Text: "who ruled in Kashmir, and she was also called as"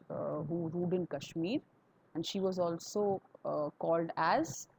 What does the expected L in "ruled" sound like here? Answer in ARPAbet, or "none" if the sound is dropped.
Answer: none